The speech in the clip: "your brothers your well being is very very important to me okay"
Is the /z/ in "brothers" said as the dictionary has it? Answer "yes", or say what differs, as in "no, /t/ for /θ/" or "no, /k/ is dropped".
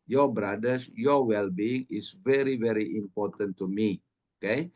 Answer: no, /s/ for /z/